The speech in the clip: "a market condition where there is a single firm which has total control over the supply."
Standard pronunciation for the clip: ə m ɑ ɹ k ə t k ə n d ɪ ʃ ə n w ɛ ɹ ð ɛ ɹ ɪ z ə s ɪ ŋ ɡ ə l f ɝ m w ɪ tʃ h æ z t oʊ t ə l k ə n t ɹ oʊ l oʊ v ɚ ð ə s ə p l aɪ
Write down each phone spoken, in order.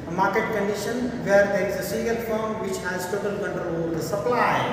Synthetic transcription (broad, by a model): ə m ɑ ɹ k ə t k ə n d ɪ ʃ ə n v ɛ ɹ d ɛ ɹ ɪ z ə s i ɡ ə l f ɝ m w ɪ tʃ h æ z t oʊ t ə l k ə n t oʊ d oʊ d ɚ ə s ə p l aɪ